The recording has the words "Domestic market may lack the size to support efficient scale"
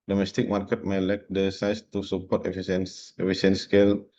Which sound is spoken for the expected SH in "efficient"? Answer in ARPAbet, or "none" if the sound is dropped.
S